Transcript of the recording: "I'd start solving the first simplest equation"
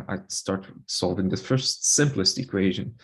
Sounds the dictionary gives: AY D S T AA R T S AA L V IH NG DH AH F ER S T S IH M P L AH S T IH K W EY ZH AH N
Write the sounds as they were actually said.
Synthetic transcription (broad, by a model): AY S T AA R T S AA L V IH NG DH AH F ER S T S IH M P L AH S T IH K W EY ZH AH N